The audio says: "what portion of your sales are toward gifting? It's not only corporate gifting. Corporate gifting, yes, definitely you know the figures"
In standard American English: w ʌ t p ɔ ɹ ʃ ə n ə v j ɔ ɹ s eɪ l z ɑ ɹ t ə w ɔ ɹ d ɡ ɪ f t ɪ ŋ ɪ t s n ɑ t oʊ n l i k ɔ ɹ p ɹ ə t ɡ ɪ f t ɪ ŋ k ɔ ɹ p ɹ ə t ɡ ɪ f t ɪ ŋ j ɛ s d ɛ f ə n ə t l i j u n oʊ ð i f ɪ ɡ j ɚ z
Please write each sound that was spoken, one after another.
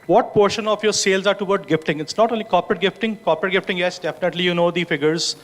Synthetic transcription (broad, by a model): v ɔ t p ɔ ɹ ʃ ə n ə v j ɔ ɹ s eɪ l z ɑ ɹ t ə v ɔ ɹ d ɡ ɪ f t ɪ ŋ ɪ t s n ɑ t oʊ n l i k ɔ p ɹ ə t ɡ ɪ f t ɪ ŋ k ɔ p ɹ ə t ɡ ɪ f t ɪ ŋ j ɛ s d ɛ f ə n ə t l i j u n oʊ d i f ɪ ɡ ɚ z